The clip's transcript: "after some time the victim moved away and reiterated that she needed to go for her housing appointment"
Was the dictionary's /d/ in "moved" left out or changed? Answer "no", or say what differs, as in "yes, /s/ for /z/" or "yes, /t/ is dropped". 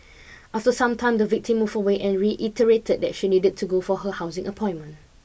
yes, /d/ is dropped